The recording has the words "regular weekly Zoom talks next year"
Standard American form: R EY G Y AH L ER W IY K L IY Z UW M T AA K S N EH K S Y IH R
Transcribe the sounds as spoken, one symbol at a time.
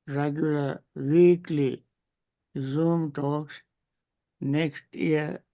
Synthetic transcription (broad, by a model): R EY G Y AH L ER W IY K L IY Z UW M T AA K S N EH K S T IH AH